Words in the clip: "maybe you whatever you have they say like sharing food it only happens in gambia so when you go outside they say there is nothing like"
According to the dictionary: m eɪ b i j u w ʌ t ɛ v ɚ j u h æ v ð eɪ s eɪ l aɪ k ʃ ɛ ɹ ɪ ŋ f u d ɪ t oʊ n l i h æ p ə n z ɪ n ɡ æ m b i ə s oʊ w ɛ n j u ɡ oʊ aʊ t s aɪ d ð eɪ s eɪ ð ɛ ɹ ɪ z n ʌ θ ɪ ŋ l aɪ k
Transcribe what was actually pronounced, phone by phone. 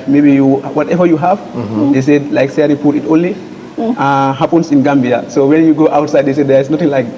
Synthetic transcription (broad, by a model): m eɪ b i j u w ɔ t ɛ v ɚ j u h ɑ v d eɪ s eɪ l aɪ k s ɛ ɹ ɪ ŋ p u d ɪ t oʊ n l i h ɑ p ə n s ɪ n ɡ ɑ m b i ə s oʊ w ɛ n j u ɡ oʊ aʊ t s aɪ d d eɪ s eɪ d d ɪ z n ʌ t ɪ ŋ l aɪ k